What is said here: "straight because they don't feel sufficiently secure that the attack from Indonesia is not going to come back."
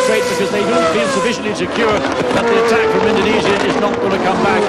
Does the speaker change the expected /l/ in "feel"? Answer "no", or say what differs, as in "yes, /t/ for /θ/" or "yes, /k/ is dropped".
yes, /n/ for /l/